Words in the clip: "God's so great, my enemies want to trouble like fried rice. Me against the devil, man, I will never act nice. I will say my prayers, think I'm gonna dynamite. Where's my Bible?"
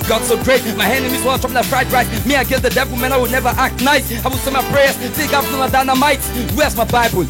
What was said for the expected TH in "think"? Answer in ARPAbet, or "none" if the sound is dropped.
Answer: S